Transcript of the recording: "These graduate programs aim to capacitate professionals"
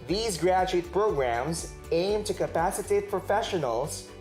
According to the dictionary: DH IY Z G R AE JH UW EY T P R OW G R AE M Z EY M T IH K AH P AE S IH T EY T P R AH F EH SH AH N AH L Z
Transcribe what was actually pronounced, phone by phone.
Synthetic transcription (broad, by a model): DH IY Z G R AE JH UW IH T P R OW G R AE M Z EY M T IH K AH P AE S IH T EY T P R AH F EH SH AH N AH L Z